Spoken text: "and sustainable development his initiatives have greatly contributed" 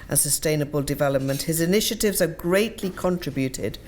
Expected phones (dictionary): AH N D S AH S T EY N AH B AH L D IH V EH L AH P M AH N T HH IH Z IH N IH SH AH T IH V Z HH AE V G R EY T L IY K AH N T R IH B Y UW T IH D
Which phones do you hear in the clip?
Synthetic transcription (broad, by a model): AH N S AH S T EY N AH B AH L D IH V EH L AH P M AH N T HH IH Z IH N IH SH AH T IH V Z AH G R EY T L IY K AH N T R IH B Y UW T IH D